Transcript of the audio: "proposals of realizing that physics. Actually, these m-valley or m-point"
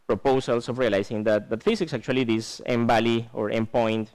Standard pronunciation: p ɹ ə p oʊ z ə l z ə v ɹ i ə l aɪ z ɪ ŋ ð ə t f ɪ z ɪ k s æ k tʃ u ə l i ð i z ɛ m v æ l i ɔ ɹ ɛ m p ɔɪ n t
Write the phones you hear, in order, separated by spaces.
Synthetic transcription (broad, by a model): p ɹ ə p oʊ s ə l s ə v ɹ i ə l aɪ s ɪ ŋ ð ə t f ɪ s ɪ k s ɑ k tʃ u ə l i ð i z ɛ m b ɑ l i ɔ ɹ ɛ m p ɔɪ n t